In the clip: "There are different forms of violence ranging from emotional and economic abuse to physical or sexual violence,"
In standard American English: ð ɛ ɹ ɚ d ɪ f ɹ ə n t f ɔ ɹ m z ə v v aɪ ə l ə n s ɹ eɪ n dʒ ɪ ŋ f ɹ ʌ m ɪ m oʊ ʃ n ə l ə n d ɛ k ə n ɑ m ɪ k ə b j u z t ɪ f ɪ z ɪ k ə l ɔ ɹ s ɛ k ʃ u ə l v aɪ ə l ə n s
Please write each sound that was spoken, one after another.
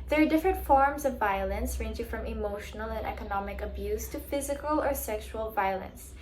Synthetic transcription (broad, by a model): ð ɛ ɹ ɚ d ɪ f ɹ ə n t f ɔ ɹ m z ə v v aɪ ə l ə n s ɹ eɪ n dʒ ɪ ŋ f ɹ ʌ m ɪ m oʊ ʃ n ə l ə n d ɛ k ə n ɑ m ɪ k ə b j u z t ɪ f ɪ z ɪ k ə l ɔ ɹ s ɛ k ʃ u ə l v aɪ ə l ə n s